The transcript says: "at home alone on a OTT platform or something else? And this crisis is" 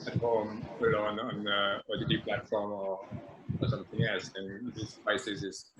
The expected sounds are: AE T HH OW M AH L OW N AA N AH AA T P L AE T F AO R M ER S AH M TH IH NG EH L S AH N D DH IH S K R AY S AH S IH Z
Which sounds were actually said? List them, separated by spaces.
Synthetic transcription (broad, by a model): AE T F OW M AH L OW N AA N AH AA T P L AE T F AO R M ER S AH M TH IH NG EH L S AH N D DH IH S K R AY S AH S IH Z